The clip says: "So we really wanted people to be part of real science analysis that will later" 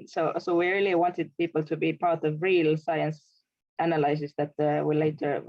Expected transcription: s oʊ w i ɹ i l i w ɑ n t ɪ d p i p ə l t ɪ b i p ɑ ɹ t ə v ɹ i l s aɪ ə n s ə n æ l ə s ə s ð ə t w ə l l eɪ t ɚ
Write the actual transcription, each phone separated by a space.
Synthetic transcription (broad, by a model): s oʊ w i ɹ i l i w ɑ n t ɪ d p i p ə l t ɪ b i p ɑ ɹ t ə v ɹ i l s aɪ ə n s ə n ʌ l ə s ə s ð ə t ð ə w l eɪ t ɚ